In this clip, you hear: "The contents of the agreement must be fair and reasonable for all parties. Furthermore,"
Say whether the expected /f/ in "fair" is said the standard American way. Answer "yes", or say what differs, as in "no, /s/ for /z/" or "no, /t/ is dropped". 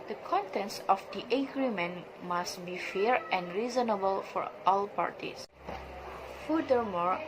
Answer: yes